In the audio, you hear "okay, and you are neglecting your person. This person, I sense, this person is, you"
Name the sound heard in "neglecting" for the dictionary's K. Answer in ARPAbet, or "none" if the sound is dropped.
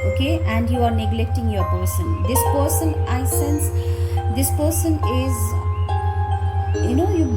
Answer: K